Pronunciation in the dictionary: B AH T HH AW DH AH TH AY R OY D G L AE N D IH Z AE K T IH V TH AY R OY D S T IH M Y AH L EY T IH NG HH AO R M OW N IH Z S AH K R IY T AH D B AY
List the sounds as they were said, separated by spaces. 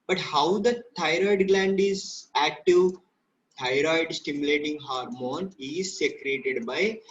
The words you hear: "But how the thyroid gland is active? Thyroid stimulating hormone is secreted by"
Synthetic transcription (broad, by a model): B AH T HH AW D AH T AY R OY D G L AE N D IH Z AE K T IH V T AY R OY D S T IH M Y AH L EY T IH NG HH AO R M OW N IH Z S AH K R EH T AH D B AY